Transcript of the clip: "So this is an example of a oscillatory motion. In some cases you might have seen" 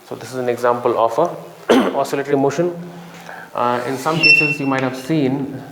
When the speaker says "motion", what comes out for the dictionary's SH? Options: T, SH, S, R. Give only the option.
SH